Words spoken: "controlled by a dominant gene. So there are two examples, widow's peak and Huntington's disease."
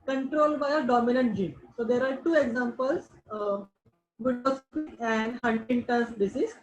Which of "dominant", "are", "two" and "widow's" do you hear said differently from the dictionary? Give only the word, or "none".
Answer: widow's